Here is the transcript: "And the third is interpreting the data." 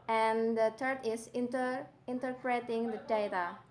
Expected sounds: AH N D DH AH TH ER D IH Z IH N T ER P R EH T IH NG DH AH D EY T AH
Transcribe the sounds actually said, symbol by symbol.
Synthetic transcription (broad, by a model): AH N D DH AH T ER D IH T IH N T ER P R EH T IH NG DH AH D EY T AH